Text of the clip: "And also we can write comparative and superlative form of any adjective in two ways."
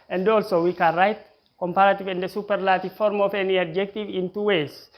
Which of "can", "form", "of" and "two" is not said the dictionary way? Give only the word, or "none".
of